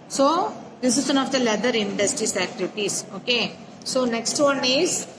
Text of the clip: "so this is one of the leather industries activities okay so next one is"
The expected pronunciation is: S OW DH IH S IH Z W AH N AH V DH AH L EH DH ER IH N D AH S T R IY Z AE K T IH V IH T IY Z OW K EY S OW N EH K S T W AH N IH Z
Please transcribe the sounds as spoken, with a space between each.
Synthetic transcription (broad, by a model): S OW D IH S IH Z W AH N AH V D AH L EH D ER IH N D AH S T R IY S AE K T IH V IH T IY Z OW K EY S OW N EH K S T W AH N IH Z